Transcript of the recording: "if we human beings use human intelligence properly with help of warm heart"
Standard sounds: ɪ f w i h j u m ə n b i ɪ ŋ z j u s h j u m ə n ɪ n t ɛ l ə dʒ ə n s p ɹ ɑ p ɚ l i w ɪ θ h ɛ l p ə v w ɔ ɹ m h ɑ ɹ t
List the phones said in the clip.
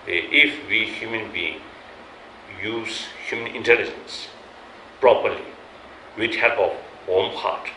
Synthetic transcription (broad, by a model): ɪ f w i h j u m ə n b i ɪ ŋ j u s h j u m ə n ɪ n t ɛ l ə dʒ ə n s p ɹ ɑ p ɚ l i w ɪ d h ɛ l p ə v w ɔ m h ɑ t